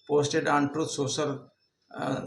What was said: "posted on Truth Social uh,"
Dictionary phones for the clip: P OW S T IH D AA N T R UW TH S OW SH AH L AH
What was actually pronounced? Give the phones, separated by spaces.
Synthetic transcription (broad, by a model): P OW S T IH D AA N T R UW T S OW S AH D